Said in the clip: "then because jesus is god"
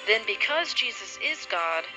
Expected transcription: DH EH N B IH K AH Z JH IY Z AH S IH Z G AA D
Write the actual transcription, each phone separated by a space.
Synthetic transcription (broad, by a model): DH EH N B IH K AH Z JH IY Z AH S IH Z G AA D